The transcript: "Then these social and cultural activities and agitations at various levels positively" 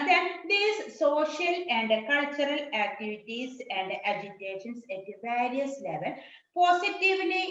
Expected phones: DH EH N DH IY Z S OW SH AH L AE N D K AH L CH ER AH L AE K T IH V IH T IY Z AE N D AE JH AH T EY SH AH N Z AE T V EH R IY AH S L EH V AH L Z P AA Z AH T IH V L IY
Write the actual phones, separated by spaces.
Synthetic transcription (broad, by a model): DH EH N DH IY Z S OW SH AH L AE N D K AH L CH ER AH L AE K T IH V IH T IY S AE N D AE JH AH T EY SH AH N S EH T V EH R IY AH S L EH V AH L P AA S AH T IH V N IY